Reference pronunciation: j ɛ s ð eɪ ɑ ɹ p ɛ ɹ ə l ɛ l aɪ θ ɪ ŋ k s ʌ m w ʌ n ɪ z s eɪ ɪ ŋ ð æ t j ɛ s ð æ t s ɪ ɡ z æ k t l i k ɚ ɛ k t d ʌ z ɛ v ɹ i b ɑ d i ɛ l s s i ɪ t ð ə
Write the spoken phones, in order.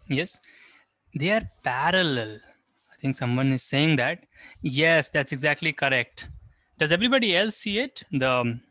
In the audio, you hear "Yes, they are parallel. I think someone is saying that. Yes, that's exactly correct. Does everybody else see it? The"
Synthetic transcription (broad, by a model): j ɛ s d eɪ ɑ ɹ p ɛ ɹ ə l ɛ l aɪ t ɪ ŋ k s ʌ m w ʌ n ɪ z s eɪ ɪ ŋ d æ t j ɛ s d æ t s ɪ ɡ z æ k t l i k ɚ ɛ k t d ʌ z ɛ v ɹ i b ɑ d i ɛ l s s i ɪ t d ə